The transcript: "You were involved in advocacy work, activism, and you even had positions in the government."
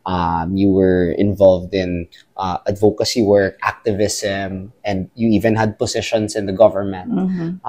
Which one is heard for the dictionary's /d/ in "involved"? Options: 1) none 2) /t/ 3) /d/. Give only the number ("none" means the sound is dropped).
3